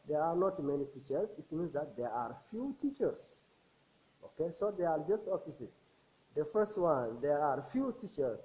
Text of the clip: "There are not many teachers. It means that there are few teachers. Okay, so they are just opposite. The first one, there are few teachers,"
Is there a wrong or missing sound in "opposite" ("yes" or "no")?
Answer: yes